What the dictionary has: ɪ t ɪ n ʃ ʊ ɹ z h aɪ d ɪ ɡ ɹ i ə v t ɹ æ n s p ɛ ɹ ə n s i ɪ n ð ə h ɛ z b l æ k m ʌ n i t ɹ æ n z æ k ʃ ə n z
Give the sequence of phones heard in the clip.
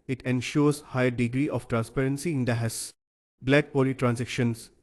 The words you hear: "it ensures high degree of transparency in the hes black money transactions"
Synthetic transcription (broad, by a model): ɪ t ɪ n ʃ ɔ ɹ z h aɪ d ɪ ɡ ɹ i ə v t ɹ æ n s p ɛ ɹ ə n s i ɪ n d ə h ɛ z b l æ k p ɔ l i t ɹ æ n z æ k ʃ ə n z